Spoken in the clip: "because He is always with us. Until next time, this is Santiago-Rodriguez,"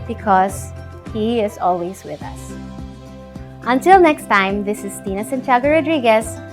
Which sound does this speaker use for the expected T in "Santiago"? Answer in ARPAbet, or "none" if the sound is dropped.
S